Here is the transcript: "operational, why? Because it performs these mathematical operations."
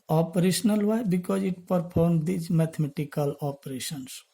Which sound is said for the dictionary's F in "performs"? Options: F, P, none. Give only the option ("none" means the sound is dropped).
P